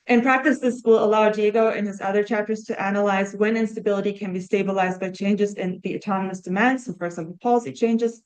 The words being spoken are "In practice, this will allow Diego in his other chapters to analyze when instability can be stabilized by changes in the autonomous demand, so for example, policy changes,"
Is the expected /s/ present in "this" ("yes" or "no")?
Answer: yes